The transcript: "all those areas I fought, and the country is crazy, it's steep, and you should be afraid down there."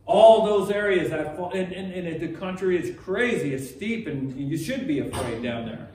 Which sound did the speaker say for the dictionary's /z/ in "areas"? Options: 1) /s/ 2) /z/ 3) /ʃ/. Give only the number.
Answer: 2